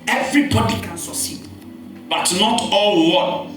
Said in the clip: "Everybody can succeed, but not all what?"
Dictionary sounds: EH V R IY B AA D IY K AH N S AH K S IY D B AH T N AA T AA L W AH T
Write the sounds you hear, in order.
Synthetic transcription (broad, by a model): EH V R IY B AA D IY K AH N S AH S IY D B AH T N AA T AA L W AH